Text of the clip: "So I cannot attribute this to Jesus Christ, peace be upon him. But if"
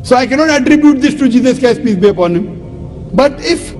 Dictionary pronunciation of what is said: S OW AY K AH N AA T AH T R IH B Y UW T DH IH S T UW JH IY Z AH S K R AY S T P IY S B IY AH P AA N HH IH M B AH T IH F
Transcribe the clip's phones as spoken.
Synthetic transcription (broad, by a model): S OW AY K AH N AA T AH T R IH B Y UW T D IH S T UW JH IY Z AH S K AY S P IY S B IY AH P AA N HH IH M B AH T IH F